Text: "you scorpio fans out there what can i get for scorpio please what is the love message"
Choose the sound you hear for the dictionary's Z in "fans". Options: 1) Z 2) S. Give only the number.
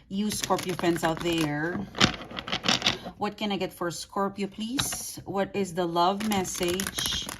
2